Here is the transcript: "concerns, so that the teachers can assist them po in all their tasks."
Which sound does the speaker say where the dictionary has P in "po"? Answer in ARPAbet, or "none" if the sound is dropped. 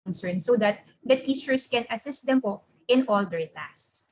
P